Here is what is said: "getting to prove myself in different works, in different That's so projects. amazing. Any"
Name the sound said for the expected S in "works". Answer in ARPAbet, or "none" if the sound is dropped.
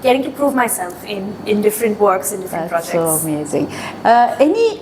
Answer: S